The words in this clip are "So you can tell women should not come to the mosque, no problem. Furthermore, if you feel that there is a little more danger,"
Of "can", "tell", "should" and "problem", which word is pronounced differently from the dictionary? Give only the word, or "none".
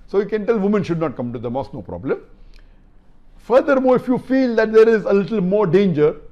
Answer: none